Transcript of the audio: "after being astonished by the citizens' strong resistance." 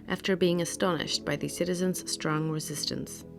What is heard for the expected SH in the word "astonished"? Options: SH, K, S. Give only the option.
SH